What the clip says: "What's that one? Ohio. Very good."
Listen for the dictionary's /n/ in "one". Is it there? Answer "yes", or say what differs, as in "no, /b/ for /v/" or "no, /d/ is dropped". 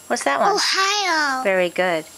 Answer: no, /n/ is dropped